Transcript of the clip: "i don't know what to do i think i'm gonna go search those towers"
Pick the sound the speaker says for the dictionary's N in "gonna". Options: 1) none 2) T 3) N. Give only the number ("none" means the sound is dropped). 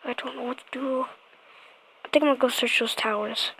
1